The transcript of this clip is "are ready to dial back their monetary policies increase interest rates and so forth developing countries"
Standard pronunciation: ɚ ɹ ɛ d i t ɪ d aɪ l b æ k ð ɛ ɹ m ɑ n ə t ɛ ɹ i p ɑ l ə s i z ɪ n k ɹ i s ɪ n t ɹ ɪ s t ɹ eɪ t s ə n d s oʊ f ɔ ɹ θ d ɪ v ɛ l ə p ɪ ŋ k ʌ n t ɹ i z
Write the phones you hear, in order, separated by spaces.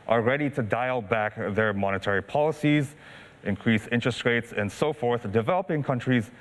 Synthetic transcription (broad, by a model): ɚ ɹ ɛ d i t ɪ d aɪ l b æ k ð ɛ ɹ m ɑ n ə t ɛ ɹ i p ɑ l ə s i z ɪ n k ɹ i s ɪ n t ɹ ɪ s t ɹ eɪ t s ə n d s oʊ f ɔ ɹ θ d ɪ v ɛ l ə p ɪ ŋ k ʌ n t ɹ i z